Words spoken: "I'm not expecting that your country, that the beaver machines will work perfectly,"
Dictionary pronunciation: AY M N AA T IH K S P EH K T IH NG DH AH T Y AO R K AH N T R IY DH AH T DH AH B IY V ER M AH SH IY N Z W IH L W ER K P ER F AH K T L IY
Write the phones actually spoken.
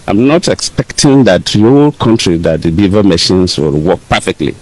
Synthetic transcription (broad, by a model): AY M N AA T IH K S P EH K T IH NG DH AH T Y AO L K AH N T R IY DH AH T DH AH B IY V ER M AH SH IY N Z W IH L W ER K P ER F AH K T L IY